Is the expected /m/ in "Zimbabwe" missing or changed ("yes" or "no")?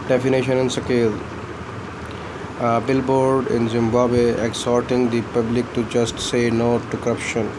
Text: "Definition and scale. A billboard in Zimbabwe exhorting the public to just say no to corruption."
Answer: no